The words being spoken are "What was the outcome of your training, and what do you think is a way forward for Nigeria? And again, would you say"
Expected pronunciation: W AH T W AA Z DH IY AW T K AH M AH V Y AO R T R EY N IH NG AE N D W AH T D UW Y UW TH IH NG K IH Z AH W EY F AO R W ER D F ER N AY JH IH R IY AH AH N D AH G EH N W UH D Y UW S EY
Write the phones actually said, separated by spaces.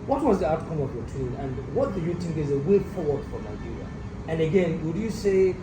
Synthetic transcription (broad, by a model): W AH T W AA Z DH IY AW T K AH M AH V Y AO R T UW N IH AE N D W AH T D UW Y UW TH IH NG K IH Z AH W EY F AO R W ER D F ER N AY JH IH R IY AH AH N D AH G EH N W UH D Y UW S EY